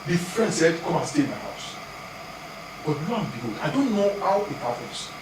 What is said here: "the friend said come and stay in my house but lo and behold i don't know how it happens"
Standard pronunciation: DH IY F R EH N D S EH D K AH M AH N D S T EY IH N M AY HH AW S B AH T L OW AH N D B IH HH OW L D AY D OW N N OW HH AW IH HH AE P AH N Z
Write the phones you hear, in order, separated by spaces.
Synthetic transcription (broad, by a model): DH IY F R EH N D S EH D K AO M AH N S T EY IH N M AY HH AW S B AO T N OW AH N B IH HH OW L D AY D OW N N OW HH AW IH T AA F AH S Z